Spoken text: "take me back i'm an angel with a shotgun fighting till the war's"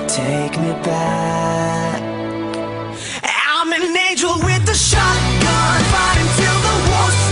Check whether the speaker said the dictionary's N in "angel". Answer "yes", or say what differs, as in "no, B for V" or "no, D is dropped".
no, N is dropped